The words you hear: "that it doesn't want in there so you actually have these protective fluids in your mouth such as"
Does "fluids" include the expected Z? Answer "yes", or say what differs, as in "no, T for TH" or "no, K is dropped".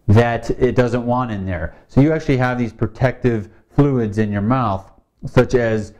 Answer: yes